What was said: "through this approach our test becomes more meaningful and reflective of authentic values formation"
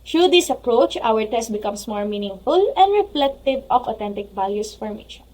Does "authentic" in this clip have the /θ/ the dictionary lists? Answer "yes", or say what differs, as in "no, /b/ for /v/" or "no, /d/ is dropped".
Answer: no, /t/ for /θ/